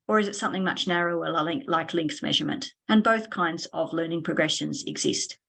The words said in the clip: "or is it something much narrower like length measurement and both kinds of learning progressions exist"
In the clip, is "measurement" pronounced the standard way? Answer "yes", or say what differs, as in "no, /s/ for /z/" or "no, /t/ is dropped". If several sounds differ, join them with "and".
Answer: yes